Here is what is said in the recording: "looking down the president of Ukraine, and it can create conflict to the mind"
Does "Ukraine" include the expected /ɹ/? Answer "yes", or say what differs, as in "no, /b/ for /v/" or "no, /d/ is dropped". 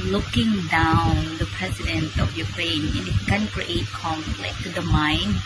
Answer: yes